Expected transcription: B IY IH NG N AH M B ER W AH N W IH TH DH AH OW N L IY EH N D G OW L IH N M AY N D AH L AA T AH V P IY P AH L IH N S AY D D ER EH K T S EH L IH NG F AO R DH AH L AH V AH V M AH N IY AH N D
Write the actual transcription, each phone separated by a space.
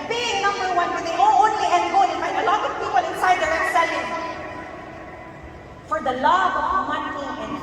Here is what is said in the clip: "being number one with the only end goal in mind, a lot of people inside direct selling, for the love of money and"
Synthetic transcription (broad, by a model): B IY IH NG N AH M B ER W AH N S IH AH OW N L IY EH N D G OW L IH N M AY D AH L AA T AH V P IY P AH L IH N S AY D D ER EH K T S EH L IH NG F AO R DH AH L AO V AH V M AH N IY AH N